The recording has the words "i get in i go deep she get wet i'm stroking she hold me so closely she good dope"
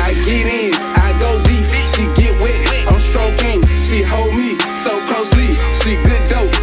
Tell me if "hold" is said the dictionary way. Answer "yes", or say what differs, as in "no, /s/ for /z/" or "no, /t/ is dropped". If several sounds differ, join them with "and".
yes